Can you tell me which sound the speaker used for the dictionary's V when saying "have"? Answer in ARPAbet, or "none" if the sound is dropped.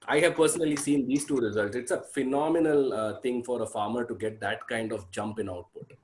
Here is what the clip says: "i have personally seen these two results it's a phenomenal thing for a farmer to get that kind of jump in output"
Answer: V